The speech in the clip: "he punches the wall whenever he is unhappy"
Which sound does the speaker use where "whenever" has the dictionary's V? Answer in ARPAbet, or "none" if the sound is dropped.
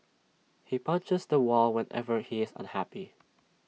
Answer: V